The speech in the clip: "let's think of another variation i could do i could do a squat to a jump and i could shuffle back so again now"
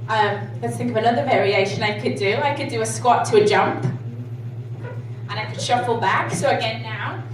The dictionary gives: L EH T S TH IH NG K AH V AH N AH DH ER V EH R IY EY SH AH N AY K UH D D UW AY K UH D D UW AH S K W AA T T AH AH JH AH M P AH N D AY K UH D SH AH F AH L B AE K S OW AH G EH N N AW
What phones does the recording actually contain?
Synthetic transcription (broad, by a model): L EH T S TH IH NG K AH V AH N AH DH ER V EH R IY EY SH AH N AY K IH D D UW AY K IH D D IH AH S K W AA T T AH AH JH AH M P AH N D AY K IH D SH AH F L B AE K S OW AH G EH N N AW